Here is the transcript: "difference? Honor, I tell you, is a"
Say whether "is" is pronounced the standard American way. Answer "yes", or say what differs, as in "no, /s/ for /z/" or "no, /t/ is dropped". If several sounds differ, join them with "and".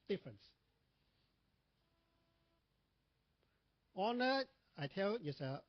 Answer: no, /s/ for /z/